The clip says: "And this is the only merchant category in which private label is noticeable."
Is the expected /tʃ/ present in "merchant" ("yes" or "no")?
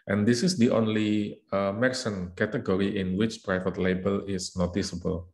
no